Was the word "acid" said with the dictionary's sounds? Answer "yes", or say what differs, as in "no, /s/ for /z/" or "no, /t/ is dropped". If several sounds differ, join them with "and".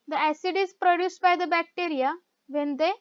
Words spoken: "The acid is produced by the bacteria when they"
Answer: yes